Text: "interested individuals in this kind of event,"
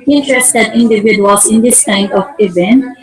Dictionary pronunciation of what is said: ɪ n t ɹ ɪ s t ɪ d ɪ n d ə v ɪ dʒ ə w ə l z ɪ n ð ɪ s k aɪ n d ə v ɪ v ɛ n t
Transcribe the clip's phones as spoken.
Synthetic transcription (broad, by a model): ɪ n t ɹ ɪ s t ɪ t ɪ n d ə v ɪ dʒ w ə z ɪ n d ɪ s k aɪ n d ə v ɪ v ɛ n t